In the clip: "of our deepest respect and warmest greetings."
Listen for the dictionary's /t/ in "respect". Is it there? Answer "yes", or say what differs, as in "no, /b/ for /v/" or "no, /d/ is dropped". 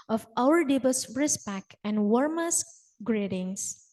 no, /t/ is dropped